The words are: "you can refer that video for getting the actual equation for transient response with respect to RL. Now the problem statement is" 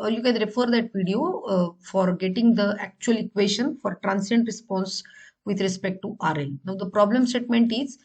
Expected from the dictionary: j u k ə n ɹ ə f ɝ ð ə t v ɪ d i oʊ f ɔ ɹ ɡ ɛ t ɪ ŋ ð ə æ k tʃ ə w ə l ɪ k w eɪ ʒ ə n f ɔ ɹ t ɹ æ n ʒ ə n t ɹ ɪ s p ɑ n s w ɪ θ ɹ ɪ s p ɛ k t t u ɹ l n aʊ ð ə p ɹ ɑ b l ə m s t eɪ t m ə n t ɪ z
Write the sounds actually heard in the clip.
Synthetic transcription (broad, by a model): j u k ə n ɹ ə f ɝ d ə t v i d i oʊ f ɔ ɹ ɡ ɛ t ɪ ŋ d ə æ k tʃ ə ə l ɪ k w eɪ ʃ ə n f ɔ ɹ t ɹ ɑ n s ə n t ɹ ɪ s p ɑ n s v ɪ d ɹ ɪ s p ɛ k t t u ɹ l n aʊ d ə p ɹ ɑ b l ə m s t eɪ t m ə n t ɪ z